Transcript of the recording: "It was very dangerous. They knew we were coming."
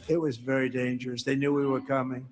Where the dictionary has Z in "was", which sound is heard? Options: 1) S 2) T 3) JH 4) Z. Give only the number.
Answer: 4